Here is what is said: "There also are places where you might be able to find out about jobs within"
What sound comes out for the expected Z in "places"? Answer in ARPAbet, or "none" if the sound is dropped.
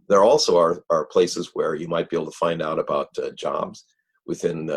Z